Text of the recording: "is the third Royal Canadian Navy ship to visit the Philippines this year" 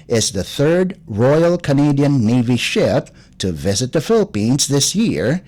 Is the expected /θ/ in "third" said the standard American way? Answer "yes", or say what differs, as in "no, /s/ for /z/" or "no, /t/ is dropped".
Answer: yes